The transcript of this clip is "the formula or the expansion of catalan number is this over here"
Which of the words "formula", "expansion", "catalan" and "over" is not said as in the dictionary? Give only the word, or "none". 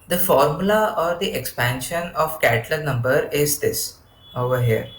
catalan